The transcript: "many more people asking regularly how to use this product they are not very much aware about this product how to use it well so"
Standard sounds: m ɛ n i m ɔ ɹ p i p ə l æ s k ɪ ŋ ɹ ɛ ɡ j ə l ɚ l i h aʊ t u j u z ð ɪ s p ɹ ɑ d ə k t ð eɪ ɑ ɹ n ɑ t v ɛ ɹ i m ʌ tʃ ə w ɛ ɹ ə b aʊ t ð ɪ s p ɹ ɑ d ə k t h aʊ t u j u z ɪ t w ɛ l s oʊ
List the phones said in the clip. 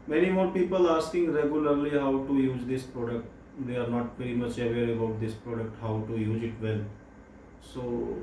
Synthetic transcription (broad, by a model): m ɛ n i m ɔ ɹ p i p ə l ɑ s k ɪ ŋ ɹ ɛ ɡ j ə l ɚ l i h aʊ t u j u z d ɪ s p ɹ ɑ d ə k t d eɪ ɑ ɹ n ɑ t p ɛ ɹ i m ʌ tʃ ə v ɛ l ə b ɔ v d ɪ s p ɹ ɑ d ə k t h aʊ t u j u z ɪ t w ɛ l s oʊ